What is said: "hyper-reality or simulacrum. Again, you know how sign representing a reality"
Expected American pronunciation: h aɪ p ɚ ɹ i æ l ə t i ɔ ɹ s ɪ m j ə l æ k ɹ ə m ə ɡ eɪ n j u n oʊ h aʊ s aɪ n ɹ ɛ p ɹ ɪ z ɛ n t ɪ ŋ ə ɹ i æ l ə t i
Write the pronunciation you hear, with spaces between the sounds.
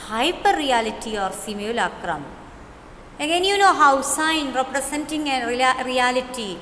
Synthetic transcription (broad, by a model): h aɪ p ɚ ɹ i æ l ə t i ɔ ɹ s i m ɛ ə l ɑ k ɹ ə m ə ɡ eɪ n j u n oʊ h aʊ s aɪ n ɹ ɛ p ɹ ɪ s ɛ n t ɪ ŋ ə ɹ i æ l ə t i